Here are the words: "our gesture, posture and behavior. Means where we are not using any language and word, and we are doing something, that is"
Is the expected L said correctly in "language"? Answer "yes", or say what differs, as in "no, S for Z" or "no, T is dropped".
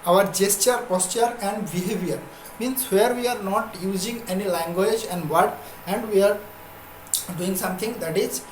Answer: yes